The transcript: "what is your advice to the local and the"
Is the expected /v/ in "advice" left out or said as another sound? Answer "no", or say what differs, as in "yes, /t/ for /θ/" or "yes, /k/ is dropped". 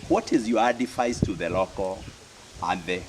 yes, /f/ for /v/